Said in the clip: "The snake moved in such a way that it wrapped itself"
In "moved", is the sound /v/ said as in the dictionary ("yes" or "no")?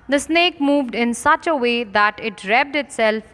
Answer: yes